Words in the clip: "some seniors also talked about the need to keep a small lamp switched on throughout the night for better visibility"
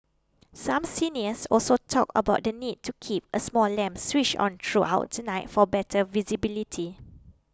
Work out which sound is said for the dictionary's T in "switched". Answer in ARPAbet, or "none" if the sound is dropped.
none